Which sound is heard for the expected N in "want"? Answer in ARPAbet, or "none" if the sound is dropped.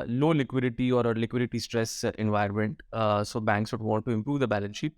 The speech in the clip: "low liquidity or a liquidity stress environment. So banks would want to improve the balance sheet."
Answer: none